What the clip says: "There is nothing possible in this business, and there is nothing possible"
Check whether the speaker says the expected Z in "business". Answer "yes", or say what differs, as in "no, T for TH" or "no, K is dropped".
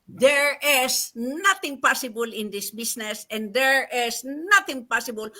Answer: no, S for Z